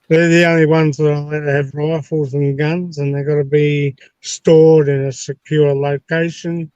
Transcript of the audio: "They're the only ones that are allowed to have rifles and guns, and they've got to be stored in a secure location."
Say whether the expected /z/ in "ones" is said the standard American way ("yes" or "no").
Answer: yes